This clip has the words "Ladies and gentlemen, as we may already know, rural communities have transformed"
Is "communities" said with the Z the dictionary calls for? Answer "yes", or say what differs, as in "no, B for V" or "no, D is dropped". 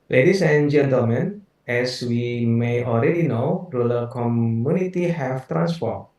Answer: no, Z is dropped